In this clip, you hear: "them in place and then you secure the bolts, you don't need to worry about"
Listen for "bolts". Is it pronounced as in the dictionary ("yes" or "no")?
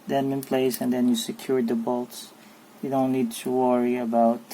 yes